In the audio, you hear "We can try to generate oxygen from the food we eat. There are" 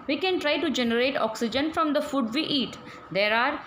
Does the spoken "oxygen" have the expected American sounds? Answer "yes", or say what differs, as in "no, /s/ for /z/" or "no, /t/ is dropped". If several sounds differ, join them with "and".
yes